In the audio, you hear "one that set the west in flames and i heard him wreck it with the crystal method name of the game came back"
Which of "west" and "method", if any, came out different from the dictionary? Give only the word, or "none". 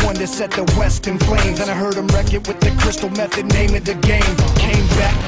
none